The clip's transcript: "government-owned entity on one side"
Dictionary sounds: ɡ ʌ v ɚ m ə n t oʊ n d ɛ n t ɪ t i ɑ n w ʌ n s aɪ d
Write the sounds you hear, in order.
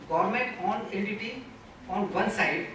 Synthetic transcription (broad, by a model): ɡ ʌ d m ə n t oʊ n ɛ n t ɪ t i ɑ n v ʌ n s aɪ d